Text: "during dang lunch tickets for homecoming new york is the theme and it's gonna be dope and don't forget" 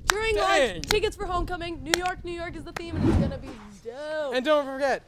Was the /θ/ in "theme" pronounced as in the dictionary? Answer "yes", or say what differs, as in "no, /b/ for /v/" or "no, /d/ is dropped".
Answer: yes